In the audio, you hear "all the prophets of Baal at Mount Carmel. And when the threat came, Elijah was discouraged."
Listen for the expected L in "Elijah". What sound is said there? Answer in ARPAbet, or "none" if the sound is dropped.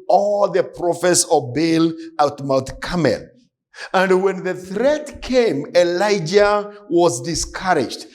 L